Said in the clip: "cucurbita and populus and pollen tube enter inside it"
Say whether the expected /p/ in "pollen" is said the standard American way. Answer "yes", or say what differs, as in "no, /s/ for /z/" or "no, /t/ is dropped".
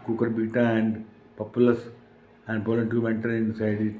no, /b/ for /p/